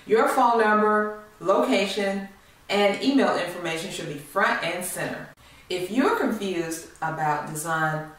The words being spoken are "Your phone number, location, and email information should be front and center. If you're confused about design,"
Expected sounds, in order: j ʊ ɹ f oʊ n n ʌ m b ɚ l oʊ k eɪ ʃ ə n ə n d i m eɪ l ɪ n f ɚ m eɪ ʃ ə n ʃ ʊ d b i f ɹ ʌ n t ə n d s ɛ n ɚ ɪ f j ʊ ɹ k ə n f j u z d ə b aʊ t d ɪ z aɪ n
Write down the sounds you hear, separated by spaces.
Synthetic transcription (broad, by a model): j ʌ ɹ f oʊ l n ʌ m b ɚ l oʊ k eɪ ʃ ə n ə n i m eɪ l ɪ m f ɚ m eɪ ʃ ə n ʃ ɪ d b i f ɹ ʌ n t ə n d s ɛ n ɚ ɪ f j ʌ ɹ k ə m f j u z d ə b aʊ t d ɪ z aɪ n